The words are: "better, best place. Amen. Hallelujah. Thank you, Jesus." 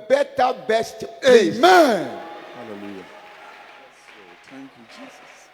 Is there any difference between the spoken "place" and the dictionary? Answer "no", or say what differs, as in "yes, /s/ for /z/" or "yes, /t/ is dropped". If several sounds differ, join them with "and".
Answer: yes, /s/ is dropped